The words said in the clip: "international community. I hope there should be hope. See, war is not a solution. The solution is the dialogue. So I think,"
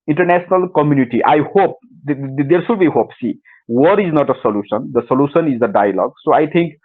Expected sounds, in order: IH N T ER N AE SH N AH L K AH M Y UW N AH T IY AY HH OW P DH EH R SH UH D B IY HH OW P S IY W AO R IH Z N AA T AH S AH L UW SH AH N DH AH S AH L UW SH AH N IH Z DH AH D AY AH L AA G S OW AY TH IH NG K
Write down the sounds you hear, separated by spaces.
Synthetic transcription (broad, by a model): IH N T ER N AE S N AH L K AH M Y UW N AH T IY AY HH OW P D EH R S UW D B IY HH OW P S IY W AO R IH Z N AA T AH S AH L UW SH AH N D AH S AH L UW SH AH N IH Z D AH D AY AH L AA G S OW AY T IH NG K